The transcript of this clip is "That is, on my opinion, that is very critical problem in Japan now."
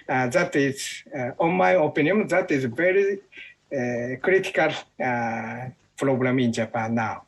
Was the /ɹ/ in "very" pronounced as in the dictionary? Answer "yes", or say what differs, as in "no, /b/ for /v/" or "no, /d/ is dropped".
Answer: yes